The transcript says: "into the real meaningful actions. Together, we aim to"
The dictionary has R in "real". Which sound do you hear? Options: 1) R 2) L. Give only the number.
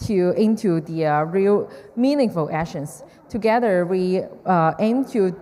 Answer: 1